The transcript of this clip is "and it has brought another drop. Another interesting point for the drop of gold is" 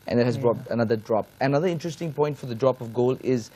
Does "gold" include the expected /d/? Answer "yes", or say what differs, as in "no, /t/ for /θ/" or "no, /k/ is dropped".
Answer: no, /d/ is dropped